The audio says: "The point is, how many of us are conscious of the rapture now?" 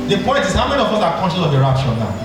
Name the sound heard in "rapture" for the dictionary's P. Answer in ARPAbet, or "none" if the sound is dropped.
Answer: none